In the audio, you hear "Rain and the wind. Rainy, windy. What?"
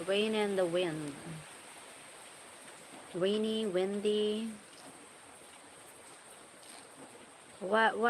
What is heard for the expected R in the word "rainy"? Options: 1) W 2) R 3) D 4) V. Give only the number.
1